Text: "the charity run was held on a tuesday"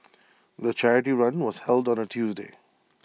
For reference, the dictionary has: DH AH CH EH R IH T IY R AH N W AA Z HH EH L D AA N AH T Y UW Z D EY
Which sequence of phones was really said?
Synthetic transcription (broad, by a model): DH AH CH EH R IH T IY R AH N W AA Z HH EH L D AA N AH T Y UW Z D EY